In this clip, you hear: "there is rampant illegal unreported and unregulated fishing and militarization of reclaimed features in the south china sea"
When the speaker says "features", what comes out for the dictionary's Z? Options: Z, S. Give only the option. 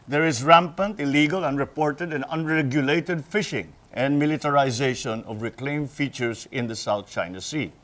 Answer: S